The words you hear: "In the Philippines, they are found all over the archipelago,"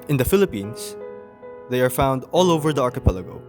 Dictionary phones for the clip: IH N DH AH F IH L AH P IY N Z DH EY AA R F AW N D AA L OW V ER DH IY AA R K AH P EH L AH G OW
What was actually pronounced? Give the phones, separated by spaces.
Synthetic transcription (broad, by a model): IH N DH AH F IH L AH P IY N S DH EY AA R F AW N D AA L OW V ER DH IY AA R K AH P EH L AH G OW